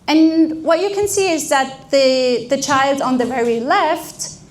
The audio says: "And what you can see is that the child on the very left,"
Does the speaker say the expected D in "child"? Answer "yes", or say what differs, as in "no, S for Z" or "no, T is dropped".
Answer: yes